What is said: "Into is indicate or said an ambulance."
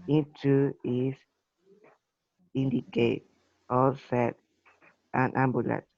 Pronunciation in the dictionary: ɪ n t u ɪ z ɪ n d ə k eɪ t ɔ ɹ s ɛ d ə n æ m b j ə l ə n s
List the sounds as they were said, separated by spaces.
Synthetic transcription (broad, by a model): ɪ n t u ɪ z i n d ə k eɪ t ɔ l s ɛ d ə n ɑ m b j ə l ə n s